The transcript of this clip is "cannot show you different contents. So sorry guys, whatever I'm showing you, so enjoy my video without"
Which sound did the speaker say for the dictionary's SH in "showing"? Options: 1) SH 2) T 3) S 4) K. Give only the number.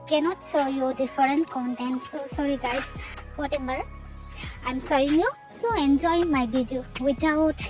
3